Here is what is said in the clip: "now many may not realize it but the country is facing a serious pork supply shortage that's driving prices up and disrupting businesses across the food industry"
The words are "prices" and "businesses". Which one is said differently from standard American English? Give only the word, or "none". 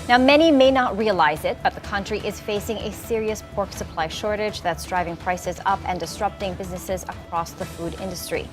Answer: none